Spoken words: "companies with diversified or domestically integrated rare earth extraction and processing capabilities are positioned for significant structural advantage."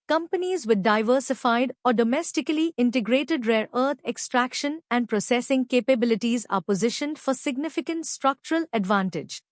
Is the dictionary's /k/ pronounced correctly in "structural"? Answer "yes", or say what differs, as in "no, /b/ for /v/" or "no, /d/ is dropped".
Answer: yes